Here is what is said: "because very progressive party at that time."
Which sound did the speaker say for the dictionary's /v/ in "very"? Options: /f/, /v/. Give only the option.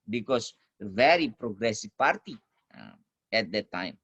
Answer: /v/